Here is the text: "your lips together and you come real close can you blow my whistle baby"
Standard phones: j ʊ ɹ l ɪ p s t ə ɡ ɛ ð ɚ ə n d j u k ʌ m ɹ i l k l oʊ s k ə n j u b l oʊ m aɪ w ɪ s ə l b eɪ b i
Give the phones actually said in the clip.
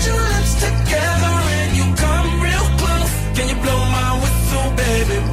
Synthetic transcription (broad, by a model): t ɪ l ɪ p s t ə ɡ ɛ ð ɚ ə n j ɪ k ʌ m ɹ i l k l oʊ k ə n j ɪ b l oʊ m aɪ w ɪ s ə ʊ b eɪ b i